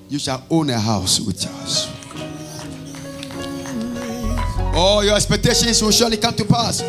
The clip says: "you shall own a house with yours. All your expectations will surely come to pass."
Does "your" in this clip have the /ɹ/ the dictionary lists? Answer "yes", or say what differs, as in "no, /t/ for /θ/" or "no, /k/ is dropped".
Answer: yes